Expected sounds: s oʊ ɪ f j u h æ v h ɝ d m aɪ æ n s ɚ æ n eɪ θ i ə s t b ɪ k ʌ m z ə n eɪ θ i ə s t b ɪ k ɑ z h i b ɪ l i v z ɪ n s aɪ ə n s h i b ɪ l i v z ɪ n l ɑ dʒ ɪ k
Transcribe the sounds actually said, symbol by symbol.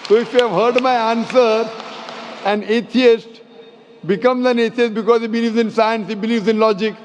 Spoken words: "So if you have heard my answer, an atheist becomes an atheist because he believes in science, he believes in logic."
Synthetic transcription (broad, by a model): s oʊ ɪ f j u h æ v h ɝ d m aɪ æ n s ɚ æ n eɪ t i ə s t b ɪ k ʌ m z ə n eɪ t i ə s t b ɪ k ɑ z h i b ɪ l i v z ɪ n s aɪ ə n s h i b ɪ l i v z ɪ n l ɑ dʒ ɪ k